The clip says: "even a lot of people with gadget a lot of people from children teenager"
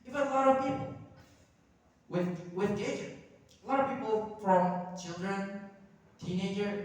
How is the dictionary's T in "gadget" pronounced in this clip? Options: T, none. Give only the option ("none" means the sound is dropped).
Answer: none